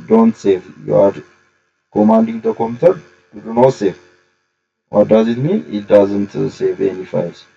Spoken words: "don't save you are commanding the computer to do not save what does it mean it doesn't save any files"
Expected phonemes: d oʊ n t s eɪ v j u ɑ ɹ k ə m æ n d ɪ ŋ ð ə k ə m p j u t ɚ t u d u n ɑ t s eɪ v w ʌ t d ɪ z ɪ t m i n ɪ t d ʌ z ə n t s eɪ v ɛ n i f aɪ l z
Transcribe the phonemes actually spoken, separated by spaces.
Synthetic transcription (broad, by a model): d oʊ n t s eɪ v j u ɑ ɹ k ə m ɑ n d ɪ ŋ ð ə k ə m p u t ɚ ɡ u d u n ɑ s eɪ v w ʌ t d ɪ z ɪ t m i ɪ t d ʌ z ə n t s eɪ v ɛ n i f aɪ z